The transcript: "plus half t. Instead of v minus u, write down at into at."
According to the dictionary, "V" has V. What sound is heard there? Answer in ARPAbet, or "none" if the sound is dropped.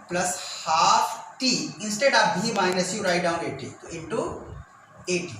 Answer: B